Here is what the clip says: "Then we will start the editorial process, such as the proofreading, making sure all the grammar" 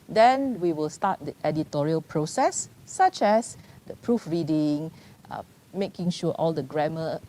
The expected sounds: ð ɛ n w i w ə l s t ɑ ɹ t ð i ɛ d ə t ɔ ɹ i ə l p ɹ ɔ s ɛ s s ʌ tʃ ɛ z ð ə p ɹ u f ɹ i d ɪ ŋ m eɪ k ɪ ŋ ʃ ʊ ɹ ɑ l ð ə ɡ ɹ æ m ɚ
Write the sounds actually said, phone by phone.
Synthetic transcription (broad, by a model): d ɛ n w i w ə l s t ɑ t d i ɛ d ə t ɔ ɹ i ə l p ɹ ɔ s ɛ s s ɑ tʃ ɛ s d ə p ɹ u f ɹ i d ɪ ŋ m eɪ k ɪ ŋ ʃ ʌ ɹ ɑ l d ə ɡ ɹ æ m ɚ